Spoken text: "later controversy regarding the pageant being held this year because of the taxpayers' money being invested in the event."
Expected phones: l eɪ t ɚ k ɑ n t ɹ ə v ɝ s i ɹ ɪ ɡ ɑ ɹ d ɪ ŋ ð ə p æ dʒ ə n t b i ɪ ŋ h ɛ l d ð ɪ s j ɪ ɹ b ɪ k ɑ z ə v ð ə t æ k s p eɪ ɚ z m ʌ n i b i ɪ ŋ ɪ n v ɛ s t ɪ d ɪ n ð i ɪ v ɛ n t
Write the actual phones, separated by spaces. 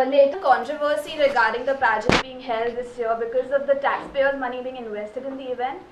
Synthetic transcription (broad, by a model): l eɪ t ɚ k ɑ n t ɹ ə v ɝ s i ɹ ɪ ɡ ɑ ɹ d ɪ ŋ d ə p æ dʒ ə t b i ɪ ŋ h ɛ l d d ɪ s j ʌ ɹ b ɪ k ɑ z ə v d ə t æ k s p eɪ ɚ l m ʌ n i b i ɪ ŋ ɪ n v ɛ s t ɪ d ɪ n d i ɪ v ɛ n t